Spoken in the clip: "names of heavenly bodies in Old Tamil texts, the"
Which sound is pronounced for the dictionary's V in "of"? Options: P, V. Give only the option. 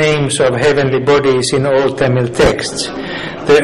V